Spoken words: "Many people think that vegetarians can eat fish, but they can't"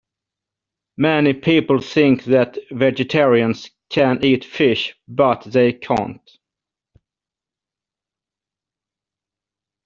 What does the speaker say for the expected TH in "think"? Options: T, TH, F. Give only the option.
TH